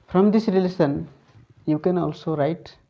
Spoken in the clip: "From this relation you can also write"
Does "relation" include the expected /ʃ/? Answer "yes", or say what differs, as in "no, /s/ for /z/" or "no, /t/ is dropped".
no, /s/ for /ʃ/